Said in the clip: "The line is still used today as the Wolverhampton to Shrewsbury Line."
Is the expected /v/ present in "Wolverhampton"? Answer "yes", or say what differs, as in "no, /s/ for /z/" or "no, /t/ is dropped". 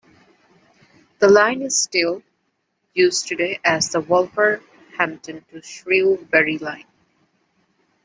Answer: no, /f/ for /v/